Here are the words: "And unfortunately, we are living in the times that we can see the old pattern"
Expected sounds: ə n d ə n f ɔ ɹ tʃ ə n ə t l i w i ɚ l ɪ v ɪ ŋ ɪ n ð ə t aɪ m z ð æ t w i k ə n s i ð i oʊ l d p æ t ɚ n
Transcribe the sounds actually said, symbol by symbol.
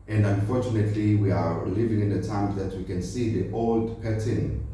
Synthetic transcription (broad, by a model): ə n d ə n f ɔ ɹ tʃ ə n ə t l i w i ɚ l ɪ v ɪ ŋ ɪ n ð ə t aɪ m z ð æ t w i k ə n s i ð i oʊ l d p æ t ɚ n